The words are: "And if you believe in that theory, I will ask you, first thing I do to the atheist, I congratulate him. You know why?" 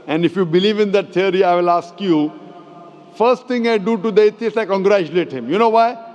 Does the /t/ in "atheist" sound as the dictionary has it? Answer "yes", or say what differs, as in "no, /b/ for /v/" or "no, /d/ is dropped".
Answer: no, /t/ is dropped